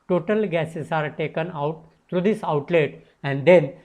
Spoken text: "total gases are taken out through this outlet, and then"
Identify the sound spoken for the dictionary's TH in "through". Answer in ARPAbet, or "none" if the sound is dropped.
T